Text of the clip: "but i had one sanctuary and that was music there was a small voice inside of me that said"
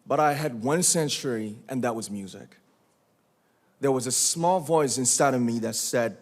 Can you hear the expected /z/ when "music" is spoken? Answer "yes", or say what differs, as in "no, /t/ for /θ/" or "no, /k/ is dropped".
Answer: yes